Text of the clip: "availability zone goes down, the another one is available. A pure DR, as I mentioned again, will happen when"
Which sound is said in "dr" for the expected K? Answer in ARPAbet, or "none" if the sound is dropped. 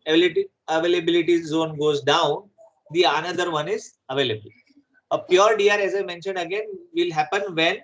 none